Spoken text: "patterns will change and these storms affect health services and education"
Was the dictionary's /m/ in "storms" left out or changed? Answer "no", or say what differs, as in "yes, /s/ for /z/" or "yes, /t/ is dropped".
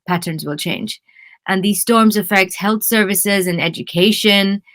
no